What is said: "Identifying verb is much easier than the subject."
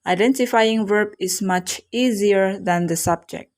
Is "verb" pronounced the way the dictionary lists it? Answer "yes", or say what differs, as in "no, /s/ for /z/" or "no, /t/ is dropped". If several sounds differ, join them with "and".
yes